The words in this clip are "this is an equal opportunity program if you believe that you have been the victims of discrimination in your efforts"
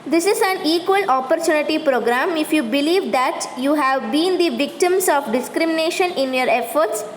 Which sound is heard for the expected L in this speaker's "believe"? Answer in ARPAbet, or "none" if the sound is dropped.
L